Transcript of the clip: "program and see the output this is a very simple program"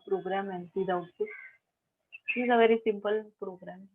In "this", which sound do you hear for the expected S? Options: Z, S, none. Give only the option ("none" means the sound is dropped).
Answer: none